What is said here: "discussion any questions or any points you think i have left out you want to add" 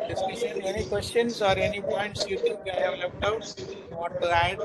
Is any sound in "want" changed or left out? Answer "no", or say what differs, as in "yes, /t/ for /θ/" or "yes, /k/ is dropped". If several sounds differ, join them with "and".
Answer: yes, /n/ is dropped